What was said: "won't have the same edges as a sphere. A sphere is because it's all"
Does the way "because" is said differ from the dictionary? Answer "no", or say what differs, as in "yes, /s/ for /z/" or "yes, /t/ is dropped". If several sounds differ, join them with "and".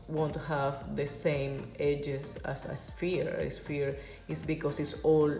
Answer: yes, /s/ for /z/